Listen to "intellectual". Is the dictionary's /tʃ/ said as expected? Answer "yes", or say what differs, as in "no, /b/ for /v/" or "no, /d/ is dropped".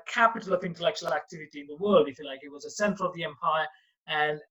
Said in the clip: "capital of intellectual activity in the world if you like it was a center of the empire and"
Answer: yes